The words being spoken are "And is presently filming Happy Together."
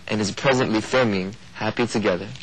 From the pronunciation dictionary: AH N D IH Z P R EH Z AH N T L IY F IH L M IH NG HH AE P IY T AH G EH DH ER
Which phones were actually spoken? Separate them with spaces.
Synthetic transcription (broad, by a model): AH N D IH Z P R EH Z AH N T L IY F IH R M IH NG HH AE P IY T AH G EH DH ER